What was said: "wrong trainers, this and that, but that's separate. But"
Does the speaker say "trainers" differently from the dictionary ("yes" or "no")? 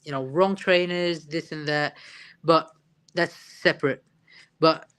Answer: no